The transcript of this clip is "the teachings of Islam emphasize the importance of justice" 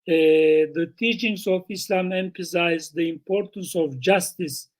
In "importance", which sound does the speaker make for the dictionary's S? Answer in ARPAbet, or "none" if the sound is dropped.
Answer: S